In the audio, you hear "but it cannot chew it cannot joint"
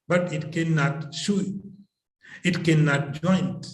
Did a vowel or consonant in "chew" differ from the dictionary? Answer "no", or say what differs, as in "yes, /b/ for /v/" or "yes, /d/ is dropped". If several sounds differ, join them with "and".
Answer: yes, /ʃ/ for /tʃ/